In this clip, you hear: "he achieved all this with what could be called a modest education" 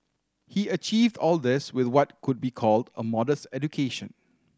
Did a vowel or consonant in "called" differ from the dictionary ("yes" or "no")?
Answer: no